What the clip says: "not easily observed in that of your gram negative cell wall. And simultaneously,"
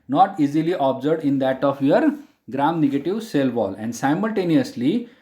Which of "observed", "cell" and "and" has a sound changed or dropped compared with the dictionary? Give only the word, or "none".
observed